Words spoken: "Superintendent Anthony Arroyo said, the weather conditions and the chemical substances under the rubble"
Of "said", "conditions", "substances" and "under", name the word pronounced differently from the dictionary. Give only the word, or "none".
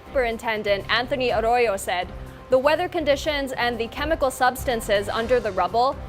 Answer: none